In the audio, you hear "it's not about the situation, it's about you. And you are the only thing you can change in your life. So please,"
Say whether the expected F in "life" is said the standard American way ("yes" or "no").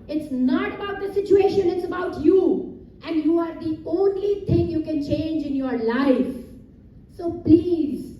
yes